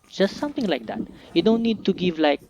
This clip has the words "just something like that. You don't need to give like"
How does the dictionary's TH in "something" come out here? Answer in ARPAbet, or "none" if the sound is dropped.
T